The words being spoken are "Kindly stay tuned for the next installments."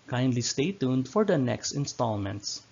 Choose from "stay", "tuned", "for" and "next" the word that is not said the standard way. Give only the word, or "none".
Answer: none